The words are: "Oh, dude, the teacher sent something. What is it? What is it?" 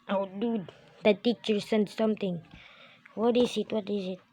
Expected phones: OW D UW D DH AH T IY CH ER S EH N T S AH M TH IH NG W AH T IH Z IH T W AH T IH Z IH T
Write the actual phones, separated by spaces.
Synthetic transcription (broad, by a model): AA D UW D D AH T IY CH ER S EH N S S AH M T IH NG W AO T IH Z IH T W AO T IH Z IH T